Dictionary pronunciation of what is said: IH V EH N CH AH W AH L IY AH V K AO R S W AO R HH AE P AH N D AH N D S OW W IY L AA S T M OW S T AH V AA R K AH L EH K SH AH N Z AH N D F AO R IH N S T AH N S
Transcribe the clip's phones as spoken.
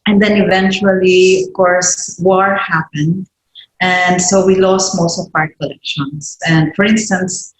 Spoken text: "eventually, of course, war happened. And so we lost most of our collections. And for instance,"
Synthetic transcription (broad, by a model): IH V EH N CH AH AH L IY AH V K AO R S W AO R HH AE P AH N D AH N D S OW W IY L AA S T M OW S T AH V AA R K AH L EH K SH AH N S AH N D F AO R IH N S T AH N S